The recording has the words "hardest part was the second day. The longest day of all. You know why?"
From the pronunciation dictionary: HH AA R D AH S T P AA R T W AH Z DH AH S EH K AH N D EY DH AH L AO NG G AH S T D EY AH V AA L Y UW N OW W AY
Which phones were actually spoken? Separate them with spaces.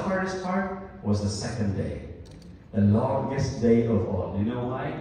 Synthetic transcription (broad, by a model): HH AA R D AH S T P AA R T W AH Z DH AH S EH K AH N D EY DH AH L AO NG G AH S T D EY AH V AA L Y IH N OW W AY